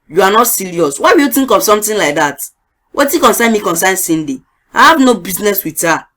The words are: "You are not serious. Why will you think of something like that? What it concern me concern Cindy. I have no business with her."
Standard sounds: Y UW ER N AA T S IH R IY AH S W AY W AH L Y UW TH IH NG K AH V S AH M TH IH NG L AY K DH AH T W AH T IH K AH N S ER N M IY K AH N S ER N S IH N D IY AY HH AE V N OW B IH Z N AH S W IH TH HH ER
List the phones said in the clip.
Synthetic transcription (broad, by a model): Y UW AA N AA T S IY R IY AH S W AY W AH Y UW T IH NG K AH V S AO M T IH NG L AY K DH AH T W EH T IH K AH N S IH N M IY K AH N S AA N S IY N D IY AY HH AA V N OW B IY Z N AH S W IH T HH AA